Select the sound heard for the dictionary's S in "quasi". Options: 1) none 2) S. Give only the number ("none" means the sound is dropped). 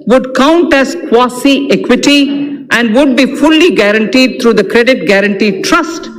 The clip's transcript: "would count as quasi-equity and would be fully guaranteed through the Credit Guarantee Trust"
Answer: 2